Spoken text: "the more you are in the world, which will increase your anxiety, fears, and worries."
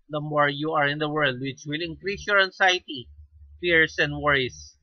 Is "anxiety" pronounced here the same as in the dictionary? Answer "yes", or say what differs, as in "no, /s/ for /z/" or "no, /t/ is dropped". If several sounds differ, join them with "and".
no, /s/ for /z/